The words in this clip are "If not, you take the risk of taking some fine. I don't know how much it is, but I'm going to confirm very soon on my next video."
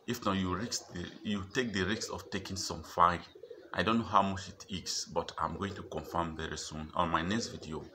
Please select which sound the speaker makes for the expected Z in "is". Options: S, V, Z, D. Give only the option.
S